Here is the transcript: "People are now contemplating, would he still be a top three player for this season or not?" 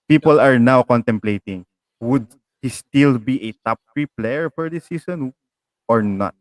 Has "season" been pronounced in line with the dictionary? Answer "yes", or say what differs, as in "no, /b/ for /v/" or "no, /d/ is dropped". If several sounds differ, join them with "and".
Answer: no, /s/ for /z/